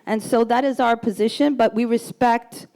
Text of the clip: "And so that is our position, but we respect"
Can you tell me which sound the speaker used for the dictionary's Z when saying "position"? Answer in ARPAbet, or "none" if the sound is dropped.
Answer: Z